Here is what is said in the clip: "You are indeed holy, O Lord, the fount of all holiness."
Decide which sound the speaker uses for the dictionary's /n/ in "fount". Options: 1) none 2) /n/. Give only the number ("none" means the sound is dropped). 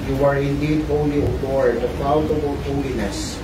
1